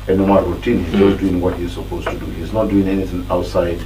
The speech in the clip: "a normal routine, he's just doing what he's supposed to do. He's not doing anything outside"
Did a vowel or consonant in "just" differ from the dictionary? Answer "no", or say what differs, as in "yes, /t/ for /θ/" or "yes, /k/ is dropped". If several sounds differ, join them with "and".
yes, /z/ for /dʒ/